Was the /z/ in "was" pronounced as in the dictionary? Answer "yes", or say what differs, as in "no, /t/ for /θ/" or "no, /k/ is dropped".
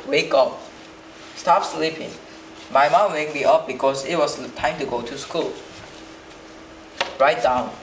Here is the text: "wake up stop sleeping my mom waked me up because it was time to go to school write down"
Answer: no, /s/ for /z/